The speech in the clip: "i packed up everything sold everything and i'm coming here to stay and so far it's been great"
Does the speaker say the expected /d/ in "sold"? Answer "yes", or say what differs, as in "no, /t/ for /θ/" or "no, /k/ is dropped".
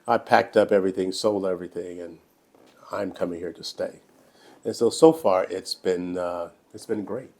no, /d/ is dropped